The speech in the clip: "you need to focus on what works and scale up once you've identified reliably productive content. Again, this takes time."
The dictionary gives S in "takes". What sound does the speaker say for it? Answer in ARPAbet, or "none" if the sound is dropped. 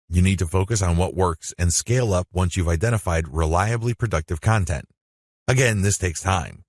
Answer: S